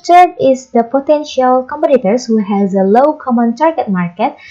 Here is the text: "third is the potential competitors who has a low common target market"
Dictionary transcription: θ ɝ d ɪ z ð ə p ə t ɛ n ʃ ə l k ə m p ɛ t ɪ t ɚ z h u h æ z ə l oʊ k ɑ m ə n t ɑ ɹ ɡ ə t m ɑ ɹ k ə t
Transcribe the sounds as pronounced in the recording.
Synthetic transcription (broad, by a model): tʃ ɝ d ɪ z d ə p ə t ɛ n ʃ ə l k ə m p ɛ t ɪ t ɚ s h u h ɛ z ə l oʊ k ɑ m ə n t ɑ ɹ ɡ ə t m ɑ ɹ k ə t